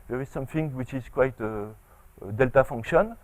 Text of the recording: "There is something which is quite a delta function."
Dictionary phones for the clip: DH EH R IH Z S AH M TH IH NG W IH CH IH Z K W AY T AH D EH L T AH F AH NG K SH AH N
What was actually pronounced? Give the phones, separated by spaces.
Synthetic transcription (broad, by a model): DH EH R IH Z S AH M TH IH NG W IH CH IH Z K W AY T AH D EH L T AH F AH NG K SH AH N